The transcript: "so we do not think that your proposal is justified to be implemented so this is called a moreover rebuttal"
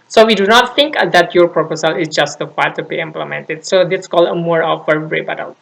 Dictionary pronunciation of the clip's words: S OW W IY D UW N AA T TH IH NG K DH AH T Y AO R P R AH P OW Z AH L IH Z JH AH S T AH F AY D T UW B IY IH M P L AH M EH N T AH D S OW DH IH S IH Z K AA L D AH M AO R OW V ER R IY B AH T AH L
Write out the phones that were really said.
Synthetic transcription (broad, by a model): S OW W IY D UW N AA T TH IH NG K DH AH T Y AO R P R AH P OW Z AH L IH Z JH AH S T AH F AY T UW B IY IH M P L AH M EH N T AH D S OW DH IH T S K AA L D AH M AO R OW F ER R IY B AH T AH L